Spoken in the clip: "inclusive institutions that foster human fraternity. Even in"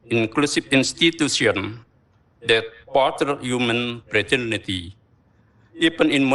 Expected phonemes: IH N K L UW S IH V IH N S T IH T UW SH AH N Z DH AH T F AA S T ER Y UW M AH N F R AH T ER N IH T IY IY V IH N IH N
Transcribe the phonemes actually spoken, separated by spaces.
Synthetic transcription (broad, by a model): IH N K L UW S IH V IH N S T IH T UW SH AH N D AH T P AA T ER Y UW M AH N P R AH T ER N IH T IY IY P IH N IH N